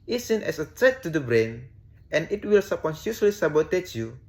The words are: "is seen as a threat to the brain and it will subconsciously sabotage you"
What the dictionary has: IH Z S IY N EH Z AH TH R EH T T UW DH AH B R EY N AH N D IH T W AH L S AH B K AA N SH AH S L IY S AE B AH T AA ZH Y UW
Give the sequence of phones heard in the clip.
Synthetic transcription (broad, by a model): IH S IY N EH S AH T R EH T T UW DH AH B R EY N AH N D IH T W AH L S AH K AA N S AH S L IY S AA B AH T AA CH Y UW